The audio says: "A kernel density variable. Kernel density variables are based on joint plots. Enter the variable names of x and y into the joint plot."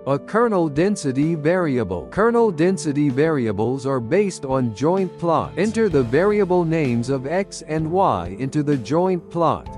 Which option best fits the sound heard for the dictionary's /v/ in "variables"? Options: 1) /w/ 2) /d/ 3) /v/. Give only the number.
3